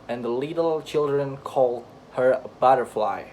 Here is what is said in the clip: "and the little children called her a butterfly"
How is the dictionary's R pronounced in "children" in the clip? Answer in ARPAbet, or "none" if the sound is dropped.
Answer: R